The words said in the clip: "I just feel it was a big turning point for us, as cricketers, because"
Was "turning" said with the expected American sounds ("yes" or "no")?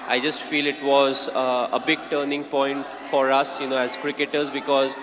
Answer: yes